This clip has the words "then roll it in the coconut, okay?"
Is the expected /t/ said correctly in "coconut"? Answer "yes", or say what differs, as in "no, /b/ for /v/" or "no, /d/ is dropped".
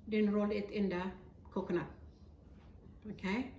no, /t/ is dropped